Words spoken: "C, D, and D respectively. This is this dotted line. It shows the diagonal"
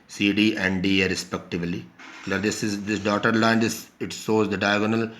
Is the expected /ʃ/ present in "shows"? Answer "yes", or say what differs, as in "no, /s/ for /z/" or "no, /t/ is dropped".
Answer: no, /s/ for /ʃ/